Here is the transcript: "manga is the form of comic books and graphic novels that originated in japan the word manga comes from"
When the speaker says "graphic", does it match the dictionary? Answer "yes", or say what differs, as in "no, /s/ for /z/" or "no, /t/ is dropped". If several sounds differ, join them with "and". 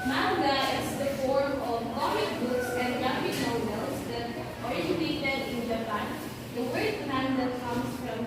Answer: no, /ɹ/ is dropped